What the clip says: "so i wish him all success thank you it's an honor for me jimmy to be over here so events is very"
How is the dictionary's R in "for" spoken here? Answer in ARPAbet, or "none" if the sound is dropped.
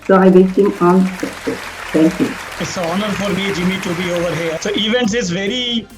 R